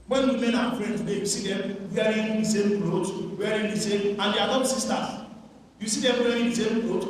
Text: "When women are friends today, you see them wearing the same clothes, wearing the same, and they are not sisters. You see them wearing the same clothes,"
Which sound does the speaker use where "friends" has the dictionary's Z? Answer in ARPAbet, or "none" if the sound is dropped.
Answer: none